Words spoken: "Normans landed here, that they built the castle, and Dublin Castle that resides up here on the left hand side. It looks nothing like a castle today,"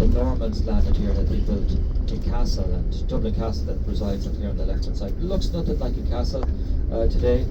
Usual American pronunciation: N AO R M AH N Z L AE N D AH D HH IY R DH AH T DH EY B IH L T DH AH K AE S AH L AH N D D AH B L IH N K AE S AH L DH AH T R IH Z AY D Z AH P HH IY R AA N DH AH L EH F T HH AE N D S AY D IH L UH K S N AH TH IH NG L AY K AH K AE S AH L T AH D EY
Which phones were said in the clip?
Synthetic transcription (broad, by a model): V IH R M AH N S L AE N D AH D HH IY R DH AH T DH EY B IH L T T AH K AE S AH L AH N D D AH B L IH K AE S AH L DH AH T R IH Z AY D Z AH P HH IY R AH N DH AH L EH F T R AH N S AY IH L UH K S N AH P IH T L AY K AH K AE S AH L T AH D EY